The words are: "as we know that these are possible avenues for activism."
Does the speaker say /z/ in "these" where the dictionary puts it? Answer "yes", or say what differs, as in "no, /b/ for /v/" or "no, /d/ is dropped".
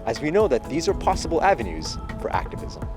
yes